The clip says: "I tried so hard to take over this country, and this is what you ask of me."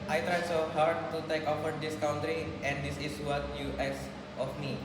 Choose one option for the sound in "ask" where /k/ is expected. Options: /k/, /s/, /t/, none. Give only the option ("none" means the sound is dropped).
none